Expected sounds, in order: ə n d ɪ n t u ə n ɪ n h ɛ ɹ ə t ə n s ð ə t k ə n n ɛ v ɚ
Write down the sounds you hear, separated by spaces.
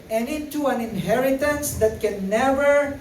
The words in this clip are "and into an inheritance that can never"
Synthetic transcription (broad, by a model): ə n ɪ t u ə n ɪ n h ɛ ɹ ə t ə n s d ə t k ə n n ɛ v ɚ